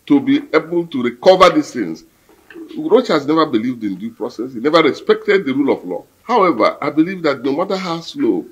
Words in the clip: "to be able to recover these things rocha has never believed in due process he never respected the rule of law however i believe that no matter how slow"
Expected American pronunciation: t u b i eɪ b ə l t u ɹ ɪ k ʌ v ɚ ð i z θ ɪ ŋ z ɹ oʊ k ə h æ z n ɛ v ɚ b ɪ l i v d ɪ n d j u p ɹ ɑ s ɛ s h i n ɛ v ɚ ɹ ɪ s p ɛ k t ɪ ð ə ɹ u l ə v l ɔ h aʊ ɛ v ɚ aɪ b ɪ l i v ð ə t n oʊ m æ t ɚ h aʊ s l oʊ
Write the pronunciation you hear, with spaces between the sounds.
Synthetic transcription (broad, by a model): t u b i eɪ b ə l t u ɹ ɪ k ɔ v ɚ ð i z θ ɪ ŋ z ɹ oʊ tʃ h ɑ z n ɛ v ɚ b ɪ l i v d ɪ n d j u p ɹ ɑ s ɛ s h i n ɛ v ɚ ɹ ɪ s p ɛ k t ɪ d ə ɹ u l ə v l ɔ h aʊ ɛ v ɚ aɪ b ɪ l i v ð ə t n oʊ m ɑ t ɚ h aʊ s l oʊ